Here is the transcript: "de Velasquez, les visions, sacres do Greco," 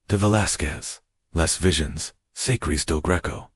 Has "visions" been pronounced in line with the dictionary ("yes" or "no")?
yes